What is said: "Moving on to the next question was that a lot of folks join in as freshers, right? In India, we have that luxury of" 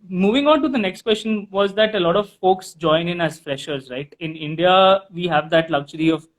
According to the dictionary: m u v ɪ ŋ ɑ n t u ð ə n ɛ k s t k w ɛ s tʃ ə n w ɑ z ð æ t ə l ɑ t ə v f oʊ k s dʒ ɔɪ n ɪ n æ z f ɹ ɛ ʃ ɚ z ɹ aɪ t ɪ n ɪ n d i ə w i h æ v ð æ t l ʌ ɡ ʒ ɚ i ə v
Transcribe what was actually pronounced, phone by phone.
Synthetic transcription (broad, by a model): m u v ɪ ŋ ɑ n t u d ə n ɛ k s t k w ɛ s tʃ ə n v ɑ z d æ t ə l ɑ t ə v f oʊ k s dʒ ɔɪ n ɪ n æ z f ɹ ɛ ʃ ɚ z ɹ aɪ t ɪ n ɪ n d i ə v i h æ v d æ t l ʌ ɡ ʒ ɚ i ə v